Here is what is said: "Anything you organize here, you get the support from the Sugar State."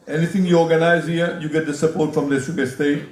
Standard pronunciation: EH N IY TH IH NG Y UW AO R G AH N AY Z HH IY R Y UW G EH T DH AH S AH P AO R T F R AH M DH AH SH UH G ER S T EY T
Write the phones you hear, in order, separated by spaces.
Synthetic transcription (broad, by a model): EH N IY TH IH NG Y UW AO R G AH N AY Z HH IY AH Y UW G EH T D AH S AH P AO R T F R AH M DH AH S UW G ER S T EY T